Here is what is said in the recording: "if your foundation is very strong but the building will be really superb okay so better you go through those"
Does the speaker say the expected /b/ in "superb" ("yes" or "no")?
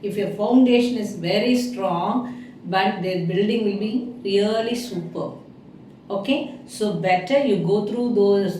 no